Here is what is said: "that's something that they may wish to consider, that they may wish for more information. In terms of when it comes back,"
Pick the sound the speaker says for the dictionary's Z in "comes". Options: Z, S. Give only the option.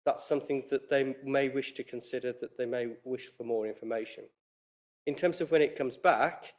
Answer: Z